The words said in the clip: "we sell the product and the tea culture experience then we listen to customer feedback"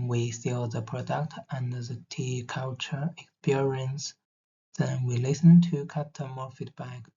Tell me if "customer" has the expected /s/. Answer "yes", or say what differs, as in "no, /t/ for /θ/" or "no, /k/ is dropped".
no, /s/ is dropped